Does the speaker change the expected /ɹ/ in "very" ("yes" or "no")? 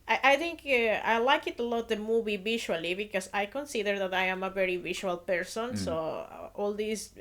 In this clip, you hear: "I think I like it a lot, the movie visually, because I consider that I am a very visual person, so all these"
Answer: no